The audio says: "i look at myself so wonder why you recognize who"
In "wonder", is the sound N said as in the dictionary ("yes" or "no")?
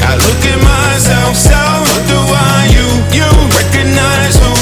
no